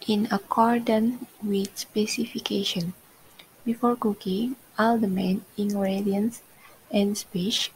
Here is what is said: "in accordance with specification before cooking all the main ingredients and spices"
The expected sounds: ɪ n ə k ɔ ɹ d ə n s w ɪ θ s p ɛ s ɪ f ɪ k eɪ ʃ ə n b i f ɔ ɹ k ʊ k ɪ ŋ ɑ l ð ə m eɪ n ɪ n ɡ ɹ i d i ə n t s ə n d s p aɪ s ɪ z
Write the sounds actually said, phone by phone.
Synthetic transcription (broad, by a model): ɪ n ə k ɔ ɹ d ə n w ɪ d s p ɛ s ɪ f ɪ k eɪ ʃ ə n b i f ɔ ɹ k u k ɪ ɑ l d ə m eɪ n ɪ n ɡ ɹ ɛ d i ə n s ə n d s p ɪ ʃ